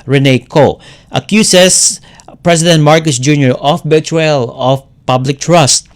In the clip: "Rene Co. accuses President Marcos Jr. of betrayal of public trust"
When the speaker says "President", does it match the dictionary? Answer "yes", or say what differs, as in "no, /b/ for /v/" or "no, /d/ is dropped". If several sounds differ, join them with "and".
no, /s/ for /z/